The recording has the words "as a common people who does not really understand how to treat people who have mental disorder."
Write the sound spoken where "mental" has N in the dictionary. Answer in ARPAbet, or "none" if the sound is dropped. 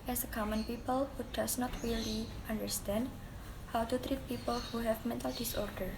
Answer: N